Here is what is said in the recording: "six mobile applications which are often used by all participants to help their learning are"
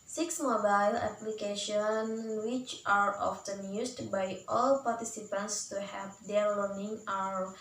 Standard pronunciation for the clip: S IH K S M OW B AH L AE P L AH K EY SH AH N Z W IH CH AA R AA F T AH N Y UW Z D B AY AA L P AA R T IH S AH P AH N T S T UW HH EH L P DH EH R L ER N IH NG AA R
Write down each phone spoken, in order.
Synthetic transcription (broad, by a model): S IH K S M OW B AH L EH P L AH K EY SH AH N W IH CH AA R AA F T AH N Y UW S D B AY AA L P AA R T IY S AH P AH N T S T UW HH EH P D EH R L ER N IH NG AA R